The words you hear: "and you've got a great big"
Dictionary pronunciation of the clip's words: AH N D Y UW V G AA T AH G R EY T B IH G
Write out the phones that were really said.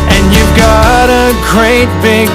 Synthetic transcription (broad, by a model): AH N Y UW V G AA T AH G R EY T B IH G